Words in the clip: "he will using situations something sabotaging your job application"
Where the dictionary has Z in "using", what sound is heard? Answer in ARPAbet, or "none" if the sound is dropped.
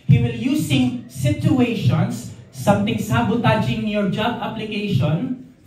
S